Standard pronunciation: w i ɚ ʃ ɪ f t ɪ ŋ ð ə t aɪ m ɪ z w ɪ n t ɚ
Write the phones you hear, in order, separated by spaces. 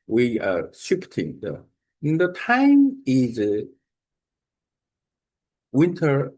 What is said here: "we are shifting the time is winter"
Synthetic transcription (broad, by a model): w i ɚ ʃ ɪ p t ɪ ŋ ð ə t aɪ m ɪ z w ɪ n t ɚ